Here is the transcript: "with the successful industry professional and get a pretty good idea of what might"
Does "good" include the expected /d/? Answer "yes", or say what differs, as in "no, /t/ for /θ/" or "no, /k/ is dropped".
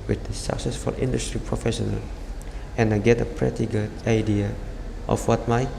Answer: no, /d/ is dropped